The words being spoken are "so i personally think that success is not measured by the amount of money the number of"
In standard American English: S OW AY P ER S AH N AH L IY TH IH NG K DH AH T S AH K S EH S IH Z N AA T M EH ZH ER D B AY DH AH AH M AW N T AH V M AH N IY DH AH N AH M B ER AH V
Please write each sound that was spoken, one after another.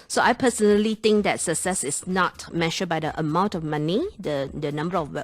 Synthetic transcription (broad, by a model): S OW AY P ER S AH N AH L IY T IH NG K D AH T S AH K S EH S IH S N AA T M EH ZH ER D B AY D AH AH M AW N T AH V M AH N IY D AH N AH M B ER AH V